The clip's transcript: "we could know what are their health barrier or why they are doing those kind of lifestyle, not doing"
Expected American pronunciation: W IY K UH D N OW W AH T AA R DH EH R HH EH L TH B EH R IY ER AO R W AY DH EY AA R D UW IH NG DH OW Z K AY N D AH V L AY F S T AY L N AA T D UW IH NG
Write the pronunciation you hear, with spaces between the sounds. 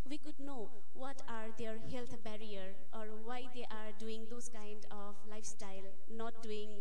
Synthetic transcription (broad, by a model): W IY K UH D N OW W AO T AA R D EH R HH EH L T B EH R IY ER AO R W AY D EY AA R D UW IH NG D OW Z K AY N D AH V L AY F S T AY L N AA T D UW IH NG